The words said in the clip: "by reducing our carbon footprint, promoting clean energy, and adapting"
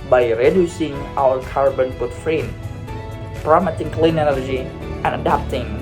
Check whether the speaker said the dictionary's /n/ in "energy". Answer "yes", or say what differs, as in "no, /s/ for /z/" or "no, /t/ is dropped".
no, /l/ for /n/